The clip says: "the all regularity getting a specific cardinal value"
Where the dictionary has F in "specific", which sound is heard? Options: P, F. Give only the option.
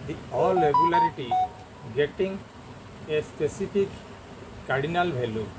P